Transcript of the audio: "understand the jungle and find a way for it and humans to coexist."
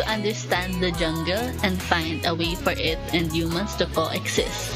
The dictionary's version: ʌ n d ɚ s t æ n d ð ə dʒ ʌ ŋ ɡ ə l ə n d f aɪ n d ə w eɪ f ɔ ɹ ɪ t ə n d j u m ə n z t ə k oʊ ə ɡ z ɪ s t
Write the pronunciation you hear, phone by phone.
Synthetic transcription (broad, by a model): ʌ n d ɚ s t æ n d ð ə dʒ ʌ ŋ ɡ ə l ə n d f aɪ n d ə w eɪ f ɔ ɹ ɪ t ə n d j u m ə n s t ə k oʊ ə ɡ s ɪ s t